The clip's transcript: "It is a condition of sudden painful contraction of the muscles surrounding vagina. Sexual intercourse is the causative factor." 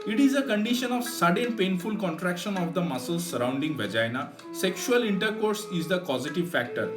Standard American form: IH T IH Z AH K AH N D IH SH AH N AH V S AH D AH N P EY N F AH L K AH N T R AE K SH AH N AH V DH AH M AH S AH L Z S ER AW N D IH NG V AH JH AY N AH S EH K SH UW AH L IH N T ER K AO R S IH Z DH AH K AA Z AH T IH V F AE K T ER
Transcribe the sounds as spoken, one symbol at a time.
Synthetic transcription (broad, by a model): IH T IH Z AH K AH N D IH SH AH N AH V S AH D AH N P EY N F AH L K AH N T R AE K SH AH N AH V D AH M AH S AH L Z S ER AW N D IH NG V AH JH AY N AH S EH K SH UW AH L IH N T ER K AO R S IH Z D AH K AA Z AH T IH V F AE K T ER